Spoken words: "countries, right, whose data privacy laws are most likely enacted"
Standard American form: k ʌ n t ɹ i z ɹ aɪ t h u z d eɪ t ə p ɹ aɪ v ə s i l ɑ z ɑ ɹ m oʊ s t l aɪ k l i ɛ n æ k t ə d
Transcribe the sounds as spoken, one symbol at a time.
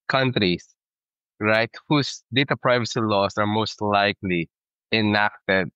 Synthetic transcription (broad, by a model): k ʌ n t ɹ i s ɹ aɪ t h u s d eɪ t ə p ɹ aɪ v ə s i l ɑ s ɑ ɹ m oʊ s t l aɪ k l i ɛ n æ k t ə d